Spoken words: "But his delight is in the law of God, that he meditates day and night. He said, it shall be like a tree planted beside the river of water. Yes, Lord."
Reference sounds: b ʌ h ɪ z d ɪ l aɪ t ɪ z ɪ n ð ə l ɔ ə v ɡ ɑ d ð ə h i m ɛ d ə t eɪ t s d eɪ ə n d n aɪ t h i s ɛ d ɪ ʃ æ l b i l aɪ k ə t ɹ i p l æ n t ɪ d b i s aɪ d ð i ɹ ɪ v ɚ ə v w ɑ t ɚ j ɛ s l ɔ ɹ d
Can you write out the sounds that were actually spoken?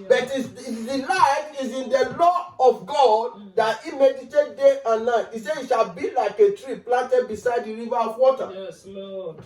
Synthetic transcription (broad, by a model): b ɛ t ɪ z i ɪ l aɪ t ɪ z ɪ n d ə l ɔ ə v ɡ ɑ d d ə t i m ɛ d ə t eɪ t d eɪ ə n n aɪ t i s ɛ ɪ ʃ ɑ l b i l aɪ k ə t ɹ i p l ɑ n t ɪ d b i s aɪ d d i ɹ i v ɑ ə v w ɑ t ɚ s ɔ